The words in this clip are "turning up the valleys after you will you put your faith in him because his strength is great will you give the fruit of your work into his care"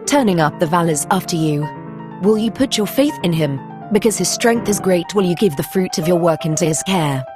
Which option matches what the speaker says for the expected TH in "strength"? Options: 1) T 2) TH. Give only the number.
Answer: 2